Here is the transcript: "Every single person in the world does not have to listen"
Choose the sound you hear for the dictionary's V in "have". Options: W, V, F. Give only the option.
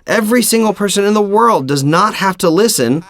F